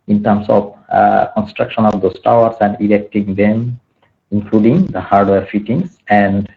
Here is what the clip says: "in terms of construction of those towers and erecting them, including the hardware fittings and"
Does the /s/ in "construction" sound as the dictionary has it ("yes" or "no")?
yes